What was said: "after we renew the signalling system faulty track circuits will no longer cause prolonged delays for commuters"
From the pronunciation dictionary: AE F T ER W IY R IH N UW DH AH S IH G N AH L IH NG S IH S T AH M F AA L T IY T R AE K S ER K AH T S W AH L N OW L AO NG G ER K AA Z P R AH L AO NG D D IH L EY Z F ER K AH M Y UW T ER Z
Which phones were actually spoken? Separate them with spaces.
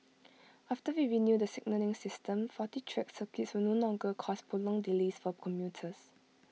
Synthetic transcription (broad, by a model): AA F T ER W IY R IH N UW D AH S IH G N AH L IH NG S IH S T AH M F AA T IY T R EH K S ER K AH T S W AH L N OW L AO NG G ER K AA S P AH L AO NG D D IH L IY S F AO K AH M Y UW T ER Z